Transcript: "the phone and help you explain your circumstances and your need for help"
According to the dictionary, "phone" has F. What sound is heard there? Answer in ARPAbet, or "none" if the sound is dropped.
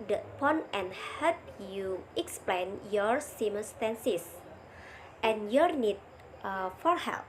P